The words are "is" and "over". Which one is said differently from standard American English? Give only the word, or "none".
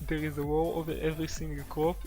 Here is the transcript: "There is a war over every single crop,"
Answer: none